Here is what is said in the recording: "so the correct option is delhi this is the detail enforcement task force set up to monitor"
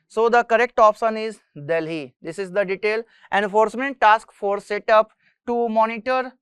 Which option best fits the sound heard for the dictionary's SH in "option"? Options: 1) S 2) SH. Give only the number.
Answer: 1